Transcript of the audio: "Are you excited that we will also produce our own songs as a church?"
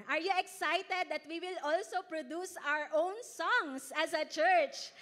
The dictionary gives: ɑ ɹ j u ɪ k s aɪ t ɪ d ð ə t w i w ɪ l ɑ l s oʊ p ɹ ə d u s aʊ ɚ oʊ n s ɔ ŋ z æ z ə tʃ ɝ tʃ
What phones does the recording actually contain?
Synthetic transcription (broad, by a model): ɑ ɹ j u ɪ k s aɪ t ɪ d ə t w i w ɪ l ɑ l s oʊ p ɹ ə d u s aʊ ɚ oʊ n s ɔ ŋ s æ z ə tʃ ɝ tʃ